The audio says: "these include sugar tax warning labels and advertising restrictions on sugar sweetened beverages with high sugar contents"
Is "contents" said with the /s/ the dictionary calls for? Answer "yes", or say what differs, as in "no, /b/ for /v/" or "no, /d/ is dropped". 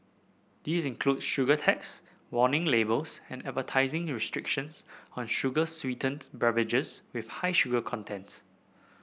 no, /s/ is dropped